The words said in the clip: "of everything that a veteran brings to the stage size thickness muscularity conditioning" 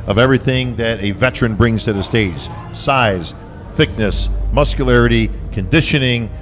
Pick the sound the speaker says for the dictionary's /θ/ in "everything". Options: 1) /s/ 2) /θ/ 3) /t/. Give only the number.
2